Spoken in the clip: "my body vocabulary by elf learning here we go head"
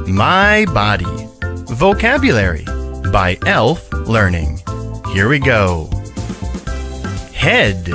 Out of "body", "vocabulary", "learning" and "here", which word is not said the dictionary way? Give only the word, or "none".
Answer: none